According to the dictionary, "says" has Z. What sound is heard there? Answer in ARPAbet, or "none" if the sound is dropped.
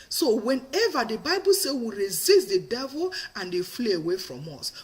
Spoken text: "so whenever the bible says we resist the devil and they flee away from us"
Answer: none